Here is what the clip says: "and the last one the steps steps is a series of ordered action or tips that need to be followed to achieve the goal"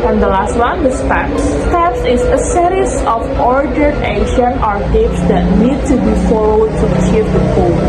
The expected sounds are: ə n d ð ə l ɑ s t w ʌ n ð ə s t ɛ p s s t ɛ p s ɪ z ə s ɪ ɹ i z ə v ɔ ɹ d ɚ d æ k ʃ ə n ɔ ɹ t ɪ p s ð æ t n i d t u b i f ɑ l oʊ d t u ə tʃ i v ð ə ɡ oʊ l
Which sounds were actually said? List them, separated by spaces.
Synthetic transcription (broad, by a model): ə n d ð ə l ɑ s t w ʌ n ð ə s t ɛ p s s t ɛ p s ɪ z ə s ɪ ɹ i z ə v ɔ ɹ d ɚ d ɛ ʃ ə n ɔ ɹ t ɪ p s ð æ t n i d t u b i f ɑ l oʊ d t u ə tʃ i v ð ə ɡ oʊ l